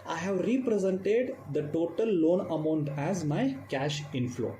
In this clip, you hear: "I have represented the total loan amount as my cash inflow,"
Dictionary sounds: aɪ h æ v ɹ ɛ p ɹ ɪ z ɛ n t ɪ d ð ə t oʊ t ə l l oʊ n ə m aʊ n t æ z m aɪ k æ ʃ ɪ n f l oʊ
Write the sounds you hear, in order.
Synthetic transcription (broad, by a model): aɪ h æ v ɹ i p ɹ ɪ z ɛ n t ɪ d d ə t oʊ t ə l l oʊ n ə m aʊ n t æ z m aɪ k æ ʃ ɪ n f l oʊ